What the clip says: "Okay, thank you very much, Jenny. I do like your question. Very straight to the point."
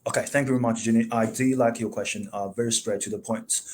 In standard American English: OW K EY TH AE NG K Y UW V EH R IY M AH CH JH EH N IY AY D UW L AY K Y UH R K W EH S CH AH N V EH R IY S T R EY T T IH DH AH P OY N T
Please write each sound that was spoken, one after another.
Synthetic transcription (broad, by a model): OW K EY TH AE NG K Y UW V EH R IY M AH CH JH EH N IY AY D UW L AY K Y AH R K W EH S CH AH N V EH R IY S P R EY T T IH DH AH P OY N T